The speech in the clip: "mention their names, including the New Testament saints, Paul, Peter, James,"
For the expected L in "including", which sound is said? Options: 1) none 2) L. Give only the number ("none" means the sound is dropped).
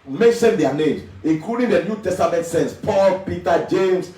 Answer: 1